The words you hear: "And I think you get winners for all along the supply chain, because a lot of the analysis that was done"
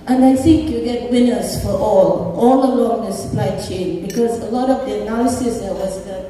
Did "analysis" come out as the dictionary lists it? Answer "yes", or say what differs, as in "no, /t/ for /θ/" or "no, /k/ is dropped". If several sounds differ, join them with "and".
no, /l/ is dropped